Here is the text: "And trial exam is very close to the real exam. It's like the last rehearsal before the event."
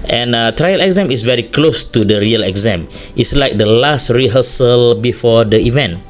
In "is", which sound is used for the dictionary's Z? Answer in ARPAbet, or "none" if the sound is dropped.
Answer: S